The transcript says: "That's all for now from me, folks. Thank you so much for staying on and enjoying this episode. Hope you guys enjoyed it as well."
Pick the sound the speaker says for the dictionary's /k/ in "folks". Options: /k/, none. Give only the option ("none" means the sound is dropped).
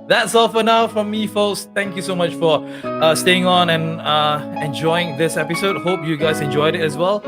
none